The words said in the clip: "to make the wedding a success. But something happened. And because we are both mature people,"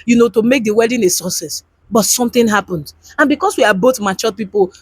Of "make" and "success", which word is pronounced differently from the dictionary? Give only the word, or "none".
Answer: success